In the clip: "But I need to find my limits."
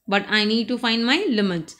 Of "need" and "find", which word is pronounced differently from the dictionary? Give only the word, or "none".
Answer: none